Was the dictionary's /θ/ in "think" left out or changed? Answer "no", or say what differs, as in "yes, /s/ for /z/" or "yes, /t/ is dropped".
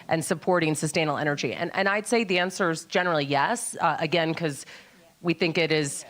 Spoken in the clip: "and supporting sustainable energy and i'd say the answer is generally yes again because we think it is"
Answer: no